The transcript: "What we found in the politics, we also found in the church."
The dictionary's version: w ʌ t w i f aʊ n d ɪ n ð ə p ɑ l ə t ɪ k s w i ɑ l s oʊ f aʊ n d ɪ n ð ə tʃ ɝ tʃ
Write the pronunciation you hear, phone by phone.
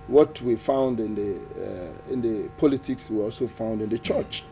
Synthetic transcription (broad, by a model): w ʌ t w i f aʊ n d ɪ n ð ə p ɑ l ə t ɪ k s w i ɑ l s oʊ f aʊ n d ɪ n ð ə tʃ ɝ tʃ